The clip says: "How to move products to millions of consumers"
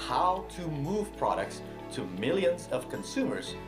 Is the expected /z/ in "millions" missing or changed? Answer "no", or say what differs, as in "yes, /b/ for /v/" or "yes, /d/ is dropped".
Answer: no